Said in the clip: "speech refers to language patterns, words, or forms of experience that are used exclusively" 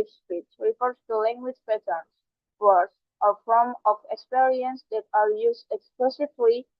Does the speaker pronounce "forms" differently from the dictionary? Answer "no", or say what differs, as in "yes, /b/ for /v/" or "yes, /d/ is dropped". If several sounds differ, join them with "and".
yes, /z/ is dropped